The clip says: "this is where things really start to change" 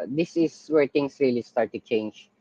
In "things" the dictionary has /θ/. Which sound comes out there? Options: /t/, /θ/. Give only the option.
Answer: /t/